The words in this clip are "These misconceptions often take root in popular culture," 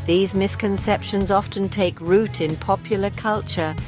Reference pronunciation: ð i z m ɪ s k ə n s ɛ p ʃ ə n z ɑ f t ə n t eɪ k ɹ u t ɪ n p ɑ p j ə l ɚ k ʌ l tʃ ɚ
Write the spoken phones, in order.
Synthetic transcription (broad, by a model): ð i z m ɪ s k ə n s ɛ p ʃ ə n z ɑ f t ə n t eɪ k ɹ u t ɪ n p ɑ p j l ɚ k ʌ l tʃ ɚ